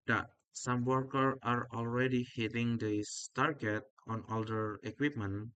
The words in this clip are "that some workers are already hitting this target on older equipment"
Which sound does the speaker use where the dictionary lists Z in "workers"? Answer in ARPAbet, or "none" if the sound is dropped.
none